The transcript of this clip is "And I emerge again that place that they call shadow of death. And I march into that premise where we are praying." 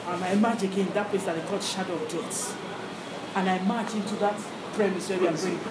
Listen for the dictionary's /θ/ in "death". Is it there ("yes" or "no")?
no